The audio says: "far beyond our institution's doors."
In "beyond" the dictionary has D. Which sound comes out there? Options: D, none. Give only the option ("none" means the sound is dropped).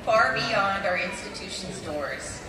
D